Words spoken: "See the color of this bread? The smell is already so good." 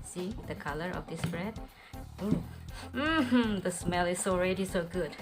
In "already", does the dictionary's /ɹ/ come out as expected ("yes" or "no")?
yes